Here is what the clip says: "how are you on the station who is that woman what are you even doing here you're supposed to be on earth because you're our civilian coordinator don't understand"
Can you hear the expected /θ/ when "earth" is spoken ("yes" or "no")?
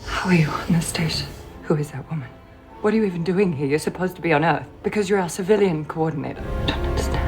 yes